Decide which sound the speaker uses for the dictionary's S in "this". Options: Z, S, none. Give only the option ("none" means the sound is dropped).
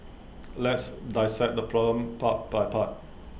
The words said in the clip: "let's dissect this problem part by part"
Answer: none